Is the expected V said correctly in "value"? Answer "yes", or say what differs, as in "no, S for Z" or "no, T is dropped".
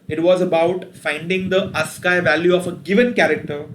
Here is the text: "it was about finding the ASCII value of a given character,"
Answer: yes